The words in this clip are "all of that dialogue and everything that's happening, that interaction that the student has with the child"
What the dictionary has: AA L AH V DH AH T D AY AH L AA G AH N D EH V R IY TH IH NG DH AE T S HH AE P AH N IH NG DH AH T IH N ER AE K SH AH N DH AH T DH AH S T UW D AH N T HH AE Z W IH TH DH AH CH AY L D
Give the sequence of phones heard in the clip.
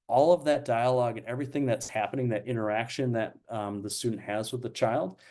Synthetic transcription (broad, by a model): AA L AH V DH AH T D AY AH L AA G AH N EH V R IY TH IH NG DH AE T S HH AE P AH N IH NG DH AH T IH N ER AE K SH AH N DH AH T DH AH S T UW D N T HH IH Z W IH DH AH CH AY L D